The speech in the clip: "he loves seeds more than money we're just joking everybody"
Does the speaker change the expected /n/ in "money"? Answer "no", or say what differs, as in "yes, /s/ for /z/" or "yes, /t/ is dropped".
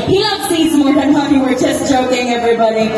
yes, /n/ is dropped